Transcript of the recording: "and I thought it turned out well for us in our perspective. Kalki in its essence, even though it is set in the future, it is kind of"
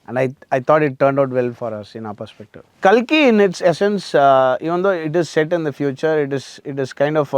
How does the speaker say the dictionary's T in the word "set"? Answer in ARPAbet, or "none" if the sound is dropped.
T